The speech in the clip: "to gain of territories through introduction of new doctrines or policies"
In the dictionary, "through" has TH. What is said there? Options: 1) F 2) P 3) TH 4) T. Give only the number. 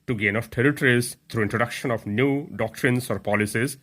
4